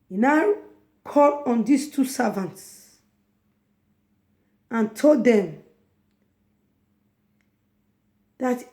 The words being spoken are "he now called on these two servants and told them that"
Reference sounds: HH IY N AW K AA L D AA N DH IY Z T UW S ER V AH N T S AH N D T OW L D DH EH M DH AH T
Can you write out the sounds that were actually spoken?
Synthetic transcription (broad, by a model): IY N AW K AA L AA N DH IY S T UW S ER V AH N T S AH N T OW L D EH M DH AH T